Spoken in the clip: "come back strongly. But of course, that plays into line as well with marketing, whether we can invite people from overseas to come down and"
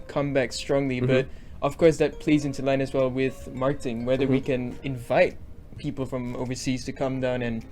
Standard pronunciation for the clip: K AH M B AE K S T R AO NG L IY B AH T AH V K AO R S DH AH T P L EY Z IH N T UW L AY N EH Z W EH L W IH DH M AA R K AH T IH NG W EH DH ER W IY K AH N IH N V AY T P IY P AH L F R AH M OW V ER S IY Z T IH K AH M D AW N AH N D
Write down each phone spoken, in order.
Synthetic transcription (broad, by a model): K AH M B AE K S T R AO NG L IY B AH T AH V K AO R S DH AH T P L EY Z IH N T UW L AY N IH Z W EH L W IH DH M AA R K AH T IH NG W EH DH ER W IY K AH N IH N V AY T P IY P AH L F R AH M OW V ER S IY Z T IH K AH M D AW N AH N